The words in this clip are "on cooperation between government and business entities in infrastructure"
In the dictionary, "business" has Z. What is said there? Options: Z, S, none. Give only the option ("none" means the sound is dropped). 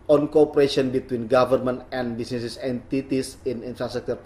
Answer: S